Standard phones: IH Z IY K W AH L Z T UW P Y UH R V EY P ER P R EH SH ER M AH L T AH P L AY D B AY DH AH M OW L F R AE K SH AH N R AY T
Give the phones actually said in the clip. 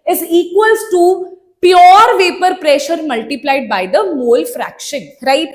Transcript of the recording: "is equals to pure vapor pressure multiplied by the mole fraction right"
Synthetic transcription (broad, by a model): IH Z IY K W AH L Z T UW P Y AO R V EY P ER P R EH SH ER M AH L T AH P L AY D B AY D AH M OW L F R AE K SH AH N R AY T